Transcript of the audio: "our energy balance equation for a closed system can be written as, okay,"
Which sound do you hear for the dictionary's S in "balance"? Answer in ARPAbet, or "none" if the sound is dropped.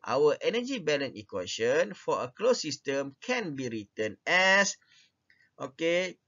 none